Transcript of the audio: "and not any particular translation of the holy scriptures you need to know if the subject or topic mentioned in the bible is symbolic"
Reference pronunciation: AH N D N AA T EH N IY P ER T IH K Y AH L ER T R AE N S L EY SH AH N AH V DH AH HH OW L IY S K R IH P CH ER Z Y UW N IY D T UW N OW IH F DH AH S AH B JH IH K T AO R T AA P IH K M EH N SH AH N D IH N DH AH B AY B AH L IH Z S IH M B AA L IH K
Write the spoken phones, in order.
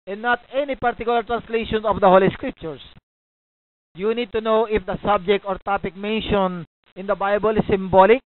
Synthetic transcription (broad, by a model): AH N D N AA T EH N IY P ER T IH K Y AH L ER T R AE N S L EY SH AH N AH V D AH HH OW L IY S K R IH P CH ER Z Y UW N IY D T UW N OW IH F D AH S AH B JH IH K T AO R T AA P IH K M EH N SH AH N IH N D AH B AY B AH L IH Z S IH M B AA L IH K